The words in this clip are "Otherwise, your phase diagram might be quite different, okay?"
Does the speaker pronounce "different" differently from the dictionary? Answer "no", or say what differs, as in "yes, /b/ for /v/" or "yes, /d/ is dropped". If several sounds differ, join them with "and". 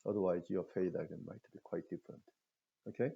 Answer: no